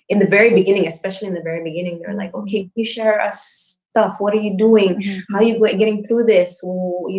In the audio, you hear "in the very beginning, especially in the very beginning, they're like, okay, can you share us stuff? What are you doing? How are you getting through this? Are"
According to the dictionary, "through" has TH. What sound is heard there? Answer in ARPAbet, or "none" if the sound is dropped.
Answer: TH